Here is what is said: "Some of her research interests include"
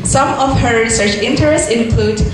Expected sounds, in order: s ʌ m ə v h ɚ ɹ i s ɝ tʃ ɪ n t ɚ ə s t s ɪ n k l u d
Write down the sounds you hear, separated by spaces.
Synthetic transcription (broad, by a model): s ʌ m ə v h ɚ ɹ i s ɝ tʃ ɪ n t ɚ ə s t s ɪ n k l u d